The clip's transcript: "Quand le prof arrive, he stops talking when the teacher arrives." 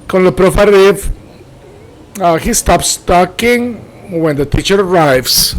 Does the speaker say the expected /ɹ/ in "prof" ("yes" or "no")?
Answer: yes